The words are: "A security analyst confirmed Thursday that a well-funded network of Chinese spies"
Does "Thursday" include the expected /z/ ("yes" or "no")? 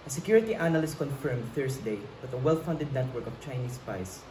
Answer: no